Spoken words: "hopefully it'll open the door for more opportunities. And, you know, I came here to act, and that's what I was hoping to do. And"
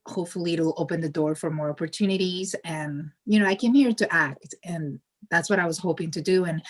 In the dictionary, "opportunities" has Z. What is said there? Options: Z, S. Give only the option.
Z